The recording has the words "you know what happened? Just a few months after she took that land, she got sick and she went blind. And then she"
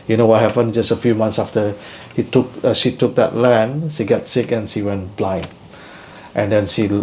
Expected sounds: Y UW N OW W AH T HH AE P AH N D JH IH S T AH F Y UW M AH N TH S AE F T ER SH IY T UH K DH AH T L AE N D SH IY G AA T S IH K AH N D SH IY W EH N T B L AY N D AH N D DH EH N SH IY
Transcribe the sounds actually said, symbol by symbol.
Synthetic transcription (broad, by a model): Y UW N OW W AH T HH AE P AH N JH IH S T AH F Y UW M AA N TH S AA F T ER SH IY T UH K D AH T L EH N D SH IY G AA T S IH K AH N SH IY W EH N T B L AY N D AH N D EH N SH IY